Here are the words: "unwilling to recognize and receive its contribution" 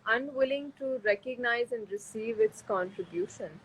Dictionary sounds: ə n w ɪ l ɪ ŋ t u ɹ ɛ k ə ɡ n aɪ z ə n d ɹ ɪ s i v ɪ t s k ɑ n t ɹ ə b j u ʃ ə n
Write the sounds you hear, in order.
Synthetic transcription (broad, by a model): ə n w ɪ l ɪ ŋ t u ɹ ɛ k ə ɡ n aɪ z ə n d ɹ ɪ s i v ɪ t s k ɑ n t ɹ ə b j u ʃ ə n